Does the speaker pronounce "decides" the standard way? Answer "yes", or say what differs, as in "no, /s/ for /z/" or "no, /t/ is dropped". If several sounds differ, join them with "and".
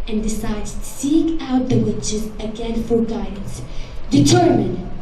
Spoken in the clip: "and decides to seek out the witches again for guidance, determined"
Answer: no, /z/ is dropped